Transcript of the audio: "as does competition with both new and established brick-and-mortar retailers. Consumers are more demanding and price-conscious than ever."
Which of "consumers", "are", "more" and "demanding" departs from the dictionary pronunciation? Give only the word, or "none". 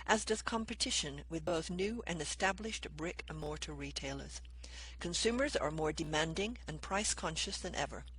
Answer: none